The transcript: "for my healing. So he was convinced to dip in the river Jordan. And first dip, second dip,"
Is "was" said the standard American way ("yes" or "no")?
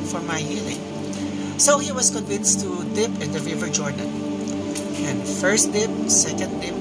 no